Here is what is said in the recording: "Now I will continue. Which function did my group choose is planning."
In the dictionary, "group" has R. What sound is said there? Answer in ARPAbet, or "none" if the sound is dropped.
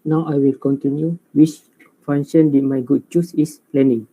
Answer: none